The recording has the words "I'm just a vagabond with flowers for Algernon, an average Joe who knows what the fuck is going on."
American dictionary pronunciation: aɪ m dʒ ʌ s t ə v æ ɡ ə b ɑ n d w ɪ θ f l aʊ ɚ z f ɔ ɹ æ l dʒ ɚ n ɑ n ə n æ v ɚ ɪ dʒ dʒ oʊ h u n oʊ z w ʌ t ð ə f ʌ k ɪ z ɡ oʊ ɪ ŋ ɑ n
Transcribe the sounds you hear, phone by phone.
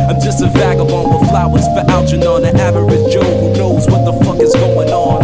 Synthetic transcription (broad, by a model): aɪ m dʒ ʌ s t ə v æ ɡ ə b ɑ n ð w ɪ f l aʊ ɚ z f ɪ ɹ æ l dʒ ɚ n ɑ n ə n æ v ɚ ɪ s dʒ oʊ h u n oʊ z w ʌ t ð ə f ʌ k ɪ z ɡ oʊ ɪ ŋ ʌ n